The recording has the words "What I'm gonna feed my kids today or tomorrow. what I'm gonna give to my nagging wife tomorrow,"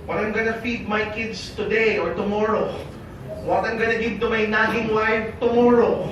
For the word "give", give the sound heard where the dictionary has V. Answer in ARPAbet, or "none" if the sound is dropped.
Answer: B